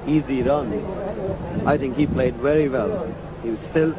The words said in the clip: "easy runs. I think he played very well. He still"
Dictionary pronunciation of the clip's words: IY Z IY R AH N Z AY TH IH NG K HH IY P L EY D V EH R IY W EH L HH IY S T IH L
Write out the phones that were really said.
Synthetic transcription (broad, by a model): IY Z IY R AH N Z AY TH IH NG K HH IY P L EY D V EH R IY W EH L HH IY S T IH L